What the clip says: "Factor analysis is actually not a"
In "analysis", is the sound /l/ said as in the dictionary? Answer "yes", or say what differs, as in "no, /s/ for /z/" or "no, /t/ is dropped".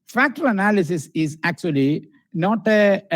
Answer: yes